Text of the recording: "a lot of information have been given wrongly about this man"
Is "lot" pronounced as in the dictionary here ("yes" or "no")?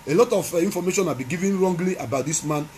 yes